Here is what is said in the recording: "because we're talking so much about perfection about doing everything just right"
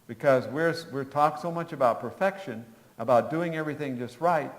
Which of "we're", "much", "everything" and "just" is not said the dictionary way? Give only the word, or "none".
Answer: none